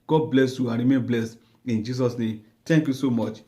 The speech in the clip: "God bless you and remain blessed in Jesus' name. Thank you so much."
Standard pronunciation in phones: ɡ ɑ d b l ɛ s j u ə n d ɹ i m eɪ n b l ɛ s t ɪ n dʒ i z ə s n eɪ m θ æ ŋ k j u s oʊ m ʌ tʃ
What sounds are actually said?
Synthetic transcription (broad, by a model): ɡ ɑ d b l ɛ s j u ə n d ɹ i m eɪ n b l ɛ s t ɪ n dʒ i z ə s n eɪ m t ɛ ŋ k j u s oʊ m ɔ tʃ